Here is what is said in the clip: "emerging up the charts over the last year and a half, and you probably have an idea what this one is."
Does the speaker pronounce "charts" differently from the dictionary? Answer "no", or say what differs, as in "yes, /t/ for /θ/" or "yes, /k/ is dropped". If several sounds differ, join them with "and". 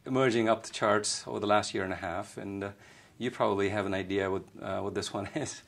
no